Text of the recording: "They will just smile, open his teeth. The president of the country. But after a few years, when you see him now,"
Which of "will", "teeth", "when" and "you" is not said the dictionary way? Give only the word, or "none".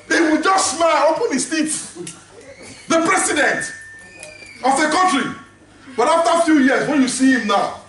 teeth